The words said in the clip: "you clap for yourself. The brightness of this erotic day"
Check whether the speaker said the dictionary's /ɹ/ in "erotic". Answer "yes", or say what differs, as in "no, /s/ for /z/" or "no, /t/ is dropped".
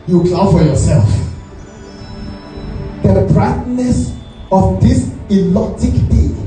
no, /l/ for /ɹ/